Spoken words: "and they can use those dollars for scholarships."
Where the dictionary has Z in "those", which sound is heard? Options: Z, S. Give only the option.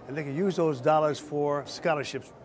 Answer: Z